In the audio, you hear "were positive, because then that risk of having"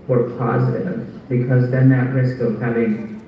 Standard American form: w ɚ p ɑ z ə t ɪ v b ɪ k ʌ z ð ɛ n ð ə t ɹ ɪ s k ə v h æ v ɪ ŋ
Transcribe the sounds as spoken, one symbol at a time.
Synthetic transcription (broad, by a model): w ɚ p ɑ z ə t ɪ v b ɪ k ʌ z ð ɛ n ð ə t ɹ ɪ s k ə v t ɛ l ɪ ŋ